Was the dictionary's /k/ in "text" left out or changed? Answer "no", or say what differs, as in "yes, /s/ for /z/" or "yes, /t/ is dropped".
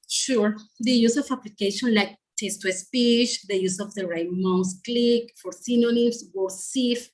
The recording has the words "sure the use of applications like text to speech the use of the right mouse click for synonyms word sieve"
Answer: yes, /k/ is dropped